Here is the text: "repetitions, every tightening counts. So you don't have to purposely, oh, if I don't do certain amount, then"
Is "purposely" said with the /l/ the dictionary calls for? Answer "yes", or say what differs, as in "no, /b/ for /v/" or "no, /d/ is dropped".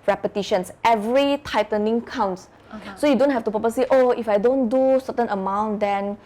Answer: no, /l/ is dropped